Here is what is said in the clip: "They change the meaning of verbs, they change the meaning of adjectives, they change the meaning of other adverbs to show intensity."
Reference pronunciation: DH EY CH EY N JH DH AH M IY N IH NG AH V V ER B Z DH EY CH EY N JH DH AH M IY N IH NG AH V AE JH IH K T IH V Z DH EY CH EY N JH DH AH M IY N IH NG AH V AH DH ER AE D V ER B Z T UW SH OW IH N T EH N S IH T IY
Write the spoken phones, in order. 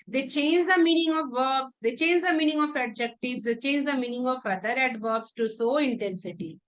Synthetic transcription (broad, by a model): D EY CH EY N JH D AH M IY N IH NG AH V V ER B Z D EY CH EY N JH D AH M IY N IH NG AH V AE JH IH K T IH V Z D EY CH EY N JH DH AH M IY N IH NG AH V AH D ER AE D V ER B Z T UW S OW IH N T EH N S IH T IY